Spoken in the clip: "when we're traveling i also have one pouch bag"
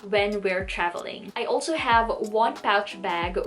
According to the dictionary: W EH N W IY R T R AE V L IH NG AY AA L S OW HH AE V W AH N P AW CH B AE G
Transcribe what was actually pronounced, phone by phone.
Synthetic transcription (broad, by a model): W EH N W IY R T R AE V L IH NG AY AA L S OW HH AE V W AH N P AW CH B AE G